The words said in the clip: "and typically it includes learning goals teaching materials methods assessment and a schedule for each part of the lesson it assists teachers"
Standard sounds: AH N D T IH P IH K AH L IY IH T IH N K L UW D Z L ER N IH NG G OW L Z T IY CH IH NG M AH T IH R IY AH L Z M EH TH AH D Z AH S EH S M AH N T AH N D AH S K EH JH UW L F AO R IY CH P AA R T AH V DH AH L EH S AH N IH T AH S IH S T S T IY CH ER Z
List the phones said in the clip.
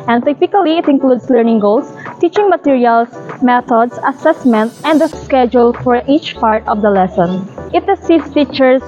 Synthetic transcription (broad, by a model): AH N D T IH P IH K AH L IY IH T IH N K L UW D S L ER N IH NG G OW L S T IY CH IH NG M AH T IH R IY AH L S M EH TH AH D S AH S EH S M AH N T AH N D AH S K EH JH UW L F AO R IY CH P AA R T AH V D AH L EH S AH N IH T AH S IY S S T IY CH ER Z